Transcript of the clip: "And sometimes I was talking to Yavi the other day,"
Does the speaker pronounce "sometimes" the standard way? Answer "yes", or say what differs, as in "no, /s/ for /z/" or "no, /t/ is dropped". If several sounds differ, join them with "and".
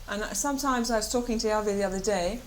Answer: yes